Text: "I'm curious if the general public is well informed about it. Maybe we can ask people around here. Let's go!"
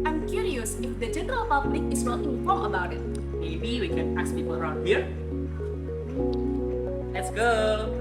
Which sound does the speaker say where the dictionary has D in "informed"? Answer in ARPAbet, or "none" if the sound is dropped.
none